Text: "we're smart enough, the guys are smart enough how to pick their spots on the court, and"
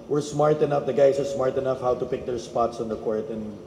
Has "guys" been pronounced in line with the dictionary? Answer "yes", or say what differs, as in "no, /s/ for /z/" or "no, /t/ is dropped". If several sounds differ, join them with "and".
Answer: no, /s/ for /z/